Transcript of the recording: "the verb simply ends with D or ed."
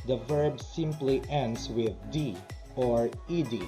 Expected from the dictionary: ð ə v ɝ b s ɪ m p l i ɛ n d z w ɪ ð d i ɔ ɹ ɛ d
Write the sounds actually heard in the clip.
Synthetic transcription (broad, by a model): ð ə v ɝ b s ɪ m p l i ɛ n d s w ɪ ð d i ɔ ɹ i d